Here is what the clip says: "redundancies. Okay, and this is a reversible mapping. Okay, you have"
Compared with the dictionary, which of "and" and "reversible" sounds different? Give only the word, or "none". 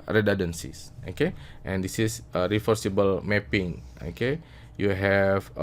reversible